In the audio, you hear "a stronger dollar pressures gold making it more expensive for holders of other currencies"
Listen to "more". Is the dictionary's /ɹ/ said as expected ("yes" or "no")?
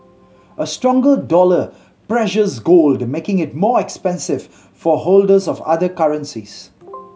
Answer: yes